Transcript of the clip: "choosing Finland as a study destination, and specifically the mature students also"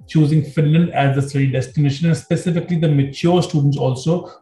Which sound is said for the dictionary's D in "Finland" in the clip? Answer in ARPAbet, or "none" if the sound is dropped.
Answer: D